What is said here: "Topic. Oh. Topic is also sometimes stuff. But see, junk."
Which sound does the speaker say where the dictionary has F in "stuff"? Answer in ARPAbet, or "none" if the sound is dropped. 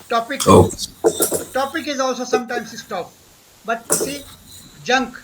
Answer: P